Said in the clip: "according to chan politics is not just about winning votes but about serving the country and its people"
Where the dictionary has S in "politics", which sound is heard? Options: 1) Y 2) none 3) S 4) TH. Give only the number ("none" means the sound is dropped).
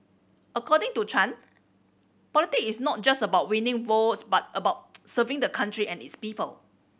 2